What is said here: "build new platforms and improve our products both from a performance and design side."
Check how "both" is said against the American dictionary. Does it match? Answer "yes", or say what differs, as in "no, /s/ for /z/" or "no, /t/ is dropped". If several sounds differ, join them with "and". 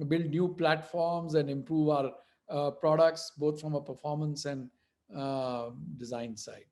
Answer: no, /t/ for /θ/